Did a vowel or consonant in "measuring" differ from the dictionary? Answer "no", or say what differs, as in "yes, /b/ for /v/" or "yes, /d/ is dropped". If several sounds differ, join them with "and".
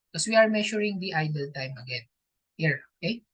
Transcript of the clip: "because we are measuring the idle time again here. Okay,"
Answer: yes, /ʃ/ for /ʒ/